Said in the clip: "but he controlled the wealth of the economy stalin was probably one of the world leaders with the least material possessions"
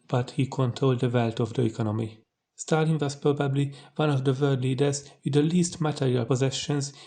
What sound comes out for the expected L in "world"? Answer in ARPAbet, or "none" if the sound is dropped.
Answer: none